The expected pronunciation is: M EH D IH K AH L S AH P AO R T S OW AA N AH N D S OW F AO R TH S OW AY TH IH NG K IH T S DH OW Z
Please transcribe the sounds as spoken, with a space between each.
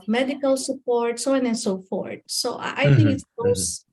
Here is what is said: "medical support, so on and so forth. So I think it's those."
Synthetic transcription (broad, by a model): M EH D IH K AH L S AH P AO R T S OW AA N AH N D S OW F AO R T S OW AY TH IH NG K IH T S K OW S